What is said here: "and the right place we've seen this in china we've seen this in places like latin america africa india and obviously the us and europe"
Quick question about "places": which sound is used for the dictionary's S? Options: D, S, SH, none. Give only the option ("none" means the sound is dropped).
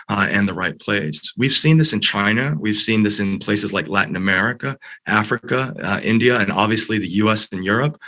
S